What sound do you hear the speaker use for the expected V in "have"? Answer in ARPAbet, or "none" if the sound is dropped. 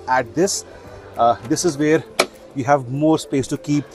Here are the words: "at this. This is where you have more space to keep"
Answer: V